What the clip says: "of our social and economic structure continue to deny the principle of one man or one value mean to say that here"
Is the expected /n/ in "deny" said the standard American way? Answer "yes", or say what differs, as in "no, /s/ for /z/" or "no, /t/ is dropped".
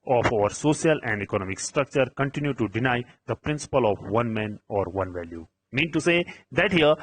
yes